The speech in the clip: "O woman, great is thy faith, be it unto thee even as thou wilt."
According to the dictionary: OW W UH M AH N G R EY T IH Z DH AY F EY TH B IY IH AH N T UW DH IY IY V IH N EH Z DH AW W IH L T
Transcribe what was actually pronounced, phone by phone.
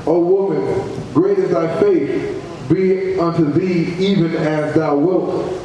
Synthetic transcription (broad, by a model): OW W UH M AH N G R EY T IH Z DH AY F EY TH B IY AH N T UW DH IY IY V IH N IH Z DH AW W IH L T